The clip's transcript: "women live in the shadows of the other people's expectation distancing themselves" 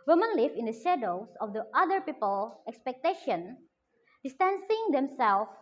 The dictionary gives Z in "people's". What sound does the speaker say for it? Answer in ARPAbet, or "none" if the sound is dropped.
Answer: none